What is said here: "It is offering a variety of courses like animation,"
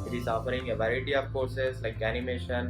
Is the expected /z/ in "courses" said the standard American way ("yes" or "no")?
no